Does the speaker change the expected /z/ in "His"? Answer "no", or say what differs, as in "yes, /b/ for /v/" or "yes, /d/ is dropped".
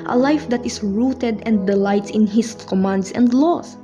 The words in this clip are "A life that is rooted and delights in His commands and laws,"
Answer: yes, /s/ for /z/